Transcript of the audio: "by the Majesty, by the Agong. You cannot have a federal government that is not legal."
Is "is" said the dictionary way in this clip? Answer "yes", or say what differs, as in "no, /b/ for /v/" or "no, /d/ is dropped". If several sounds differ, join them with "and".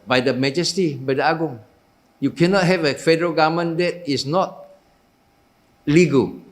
no, /s/ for /z/